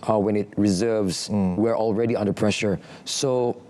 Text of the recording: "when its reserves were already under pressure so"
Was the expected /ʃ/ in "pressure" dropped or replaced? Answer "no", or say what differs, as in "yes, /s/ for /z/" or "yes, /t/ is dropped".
no